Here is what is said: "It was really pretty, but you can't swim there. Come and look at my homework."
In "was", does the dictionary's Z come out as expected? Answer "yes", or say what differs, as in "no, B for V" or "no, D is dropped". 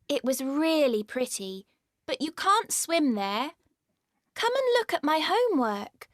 yes